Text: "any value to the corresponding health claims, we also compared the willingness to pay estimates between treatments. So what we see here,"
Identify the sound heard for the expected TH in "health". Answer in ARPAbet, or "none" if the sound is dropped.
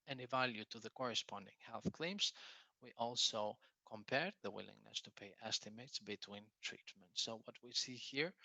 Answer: TH